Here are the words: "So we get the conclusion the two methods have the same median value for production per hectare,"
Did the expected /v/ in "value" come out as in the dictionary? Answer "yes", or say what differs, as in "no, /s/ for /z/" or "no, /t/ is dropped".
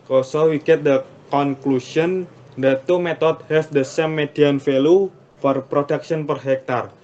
no, /f/ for /v/